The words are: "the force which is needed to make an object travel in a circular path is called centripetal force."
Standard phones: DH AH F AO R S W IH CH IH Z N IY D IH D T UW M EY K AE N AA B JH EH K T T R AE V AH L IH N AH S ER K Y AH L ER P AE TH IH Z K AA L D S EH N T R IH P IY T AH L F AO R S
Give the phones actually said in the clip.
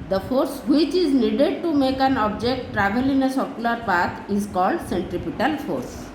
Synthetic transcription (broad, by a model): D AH F AO R S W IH CH IH Z N IY D IH D T UW M EY K AE N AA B JH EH K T T R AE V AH L IH N AH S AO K Y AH L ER P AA T IH Z K AA L D S EH N T R IH P IY T AH L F AO R S